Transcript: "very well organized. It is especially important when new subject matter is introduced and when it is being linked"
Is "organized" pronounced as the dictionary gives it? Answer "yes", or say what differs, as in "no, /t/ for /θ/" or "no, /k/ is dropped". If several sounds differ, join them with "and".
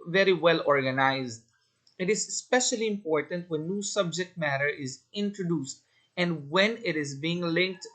yes